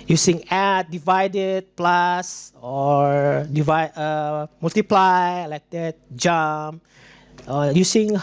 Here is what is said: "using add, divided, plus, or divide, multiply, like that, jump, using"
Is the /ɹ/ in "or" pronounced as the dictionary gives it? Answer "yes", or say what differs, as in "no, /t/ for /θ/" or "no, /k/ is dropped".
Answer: yes